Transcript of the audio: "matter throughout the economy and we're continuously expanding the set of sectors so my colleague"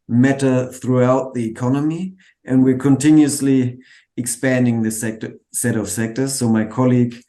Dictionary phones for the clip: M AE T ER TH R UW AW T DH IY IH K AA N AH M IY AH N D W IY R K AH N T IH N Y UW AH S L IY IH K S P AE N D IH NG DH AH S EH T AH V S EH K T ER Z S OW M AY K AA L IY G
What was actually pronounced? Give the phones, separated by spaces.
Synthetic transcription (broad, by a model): M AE T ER TH R UW AW T DH IY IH K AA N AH M IY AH N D W IY R K AH N T IH N Y UW AH S L IY IH K S P AE N D IH NG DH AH S EH T AH V S EH K T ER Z S OW M AY K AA L IY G